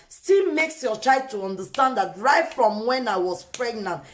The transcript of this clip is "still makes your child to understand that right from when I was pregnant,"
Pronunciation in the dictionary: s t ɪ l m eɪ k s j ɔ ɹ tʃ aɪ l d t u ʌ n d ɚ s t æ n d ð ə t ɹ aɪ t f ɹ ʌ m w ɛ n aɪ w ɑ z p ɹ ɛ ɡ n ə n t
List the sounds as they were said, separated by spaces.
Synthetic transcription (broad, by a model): s t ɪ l m eɪ k s j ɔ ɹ tʃ aɪ d t u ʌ n d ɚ s t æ n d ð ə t ɹ aɪ t f ɹ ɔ m w ɛ n aɪ w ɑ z p ɹ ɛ ɡ n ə n t